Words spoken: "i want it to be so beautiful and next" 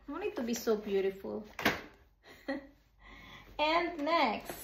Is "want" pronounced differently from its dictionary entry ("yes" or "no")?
yes